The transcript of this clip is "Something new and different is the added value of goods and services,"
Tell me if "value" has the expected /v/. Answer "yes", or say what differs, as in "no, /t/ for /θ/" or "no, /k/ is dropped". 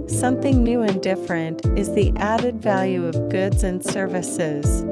yes